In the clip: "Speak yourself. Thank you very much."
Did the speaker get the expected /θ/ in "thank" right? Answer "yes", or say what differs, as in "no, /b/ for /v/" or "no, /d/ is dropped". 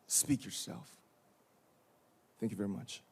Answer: yes